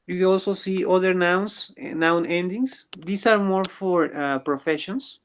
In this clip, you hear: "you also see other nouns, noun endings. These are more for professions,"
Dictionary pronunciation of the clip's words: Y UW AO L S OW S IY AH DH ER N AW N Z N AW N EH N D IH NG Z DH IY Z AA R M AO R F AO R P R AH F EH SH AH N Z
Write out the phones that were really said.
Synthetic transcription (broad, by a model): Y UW AO L S OW S IY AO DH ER N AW N S N AW N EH N D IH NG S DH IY S AA R M AO R F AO R P R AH F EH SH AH N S